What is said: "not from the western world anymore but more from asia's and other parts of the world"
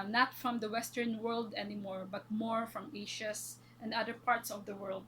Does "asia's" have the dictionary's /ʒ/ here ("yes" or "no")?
no